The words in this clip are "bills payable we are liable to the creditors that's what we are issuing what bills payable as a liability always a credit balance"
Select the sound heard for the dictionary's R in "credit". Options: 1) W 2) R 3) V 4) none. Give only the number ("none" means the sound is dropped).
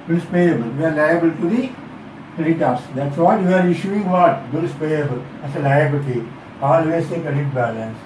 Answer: 4